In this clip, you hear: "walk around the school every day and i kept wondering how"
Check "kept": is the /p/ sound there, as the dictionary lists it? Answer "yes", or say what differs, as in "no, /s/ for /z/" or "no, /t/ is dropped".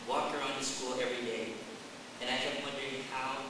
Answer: no, /p/ is dropped